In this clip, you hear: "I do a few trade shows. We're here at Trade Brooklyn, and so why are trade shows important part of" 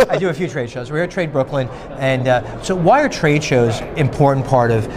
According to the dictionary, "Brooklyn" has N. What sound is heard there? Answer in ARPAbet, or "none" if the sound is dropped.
N